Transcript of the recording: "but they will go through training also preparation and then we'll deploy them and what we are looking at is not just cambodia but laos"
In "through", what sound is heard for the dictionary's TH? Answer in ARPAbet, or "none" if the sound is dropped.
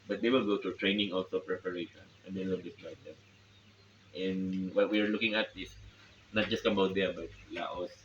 T